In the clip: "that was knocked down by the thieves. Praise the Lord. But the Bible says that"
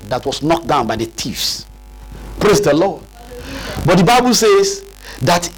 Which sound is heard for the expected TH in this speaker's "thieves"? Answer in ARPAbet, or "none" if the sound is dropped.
T